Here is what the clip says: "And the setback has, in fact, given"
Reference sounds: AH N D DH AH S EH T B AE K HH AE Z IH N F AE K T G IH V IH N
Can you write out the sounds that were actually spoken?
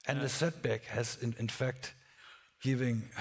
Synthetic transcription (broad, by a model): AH N DH AH S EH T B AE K HH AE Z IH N F AE K T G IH V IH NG